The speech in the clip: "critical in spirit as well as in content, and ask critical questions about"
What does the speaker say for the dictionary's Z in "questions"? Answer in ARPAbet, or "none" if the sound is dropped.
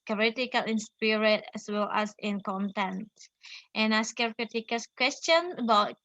none